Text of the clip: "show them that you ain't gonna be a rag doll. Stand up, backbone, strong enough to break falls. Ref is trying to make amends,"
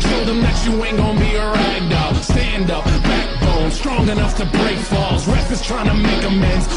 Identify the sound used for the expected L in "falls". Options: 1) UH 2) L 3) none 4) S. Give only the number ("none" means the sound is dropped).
2